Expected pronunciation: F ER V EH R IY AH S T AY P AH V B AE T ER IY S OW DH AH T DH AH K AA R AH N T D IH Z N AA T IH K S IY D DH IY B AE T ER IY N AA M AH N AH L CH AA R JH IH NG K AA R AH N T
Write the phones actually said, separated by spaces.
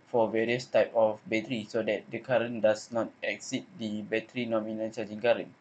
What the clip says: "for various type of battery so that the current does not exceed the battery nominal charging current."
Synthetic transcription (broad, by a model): F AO V EH R IY AH S T AY P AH F B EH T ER IY S OW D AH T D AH K AA R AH N D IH S N AA T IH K S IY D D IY B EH T ER IY N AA M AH N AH N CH AA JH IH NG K AA R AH N